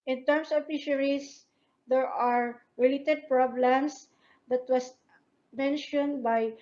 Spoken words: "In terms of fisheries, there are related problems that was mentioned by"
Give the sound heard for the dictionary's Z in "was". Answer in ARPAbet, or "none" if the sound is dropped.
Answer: S